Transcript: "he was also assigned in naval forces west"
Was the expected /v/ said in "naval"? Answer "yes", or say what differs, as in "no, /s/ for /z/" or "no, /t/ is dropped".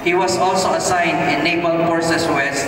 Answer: no, /b/ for /v/